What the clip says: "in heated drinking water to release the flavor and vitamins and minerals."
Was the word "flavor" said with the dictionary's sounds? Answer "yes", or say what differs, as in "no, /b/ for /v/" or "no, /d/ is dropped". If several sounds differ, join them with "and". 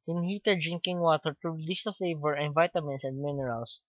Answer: yes